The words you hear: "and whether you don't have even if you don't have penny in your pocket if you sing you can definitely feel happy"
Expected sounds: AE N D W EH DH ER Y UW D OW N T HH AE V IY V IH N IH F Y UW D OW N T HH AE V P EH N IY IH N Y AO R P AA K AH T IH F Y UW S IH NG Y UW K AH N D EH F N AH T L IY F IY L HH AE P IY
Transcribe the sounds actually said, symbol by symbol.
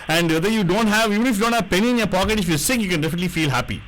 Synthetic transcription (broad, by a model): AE N D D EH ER Y UW D OW N T HH AE V IY V IH N IH F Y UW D OW N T HH AE V P EH N IY IH N Y AO R P AA K AH T IH F Y UW S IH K Y UW K AH N D EH F N AH T L IY F IY L HH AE P IY